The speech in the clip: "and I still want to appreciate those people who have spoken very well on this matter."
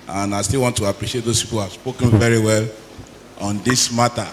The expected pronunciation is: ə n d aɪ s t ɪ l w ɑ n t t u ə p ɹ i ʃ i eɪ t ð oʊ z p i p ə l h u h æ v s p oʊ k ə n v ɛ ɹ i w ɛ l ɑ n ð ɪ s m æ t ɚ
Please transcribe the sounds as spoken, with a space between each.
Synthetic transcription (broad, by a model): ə n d aɪ s t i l w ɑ n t t u ə p ɹ i ʃ i eɪ t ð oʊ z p i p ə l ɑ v s p oʊ k ə n v ɛ ɹ i w ɛ l ɑ n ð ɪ s m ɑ t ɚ